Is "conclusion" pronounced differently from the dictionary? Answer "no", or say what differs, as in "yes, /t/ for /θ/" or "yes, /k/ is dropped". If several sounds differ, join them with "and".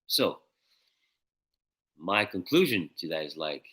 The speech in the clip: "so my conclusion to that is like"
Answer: no